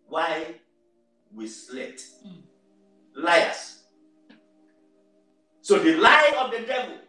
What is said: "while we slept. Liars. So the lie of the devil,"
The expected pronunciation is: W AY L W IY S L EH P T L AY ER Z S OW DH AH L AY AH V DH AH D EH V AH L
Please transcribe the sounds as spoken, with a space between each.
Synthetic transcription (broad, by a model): W AY W IY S L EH T L AY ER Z S OW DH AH L AY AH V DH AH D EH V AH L